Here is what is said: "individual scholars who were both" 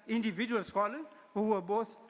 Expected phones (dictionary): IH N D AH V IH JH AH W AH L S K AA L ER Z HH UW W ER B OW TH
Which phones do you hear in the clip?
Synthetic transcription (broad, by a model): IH N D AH V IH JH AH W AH L S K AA L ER HH UW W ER B OW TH